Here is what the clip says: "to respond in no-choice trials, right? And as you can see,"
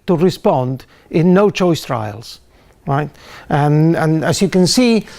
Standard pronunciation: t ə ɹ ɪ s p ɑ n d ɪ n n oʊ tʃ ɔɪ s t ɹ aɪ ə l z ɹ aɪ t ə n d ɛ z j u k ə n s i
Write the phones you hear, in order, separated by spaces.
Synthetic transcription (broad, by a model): t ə ɹ ɪ s p ɑ n d ɪ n n oʊ tʃ ɔɪ s t ɹ aɪ ə l z ɹ aɪ t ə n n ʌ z j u k ə n s i